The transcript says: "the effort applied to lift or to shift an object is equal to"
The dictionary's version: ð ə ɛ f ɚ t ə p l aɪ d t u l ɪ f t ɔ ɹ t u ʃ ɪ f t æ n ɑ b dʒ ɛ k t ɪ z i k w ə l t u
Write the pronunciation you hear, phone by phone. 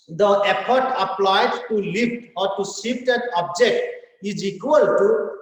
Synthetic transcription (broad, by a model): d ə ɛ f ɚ t ə p l aɪ d t u l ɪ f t ɔ ɹ t u s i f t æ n ɑ b dʒ ɛ k t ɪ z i k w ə l t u